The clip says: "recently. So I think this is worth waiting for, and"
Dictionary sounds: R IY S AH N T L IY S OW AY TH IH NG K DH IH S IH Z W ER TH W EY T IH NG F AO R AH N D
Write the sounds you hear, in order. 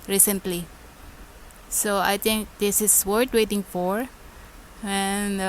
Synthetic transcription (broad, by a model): R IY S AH N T L IY S OW AY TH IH NG K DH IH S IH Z W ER T W EY T IH NG F AO R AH N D